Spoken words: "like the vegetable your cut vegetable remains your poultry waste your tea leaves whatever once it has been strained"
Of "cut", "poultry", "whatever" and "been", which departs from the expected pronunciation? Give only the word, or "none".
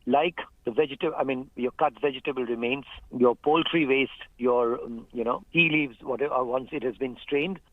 whatever